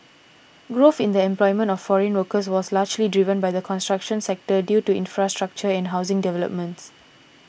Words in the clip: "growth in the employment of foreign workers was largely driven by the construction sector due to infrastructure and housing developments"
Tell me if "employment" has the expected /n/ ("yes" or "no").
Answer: yes